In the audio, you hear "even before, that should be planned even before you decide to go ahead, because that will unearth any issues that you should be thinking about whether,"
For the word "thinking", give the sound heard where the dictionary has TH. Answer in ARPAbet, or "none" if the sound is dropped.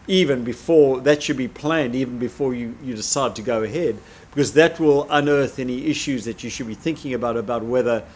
TH